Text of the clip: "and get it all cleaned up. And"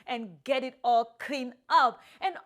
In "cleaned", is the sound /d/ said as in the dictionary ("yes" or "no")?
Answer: no